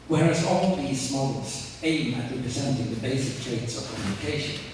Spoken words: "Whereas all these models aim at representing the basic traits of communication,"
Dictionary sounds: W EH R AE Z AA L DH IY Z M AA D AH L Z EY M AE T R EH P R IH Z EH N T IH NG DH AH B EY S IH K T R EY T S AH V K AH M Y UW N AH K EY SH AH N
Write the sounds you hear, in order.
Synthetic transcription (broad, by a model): W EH R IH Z AA L DH IY Z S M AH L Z EY M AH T R EH P R IH Z EH N T IH NG DH AH B EY S IH K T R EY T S AH V K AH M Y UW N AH K EY SH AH N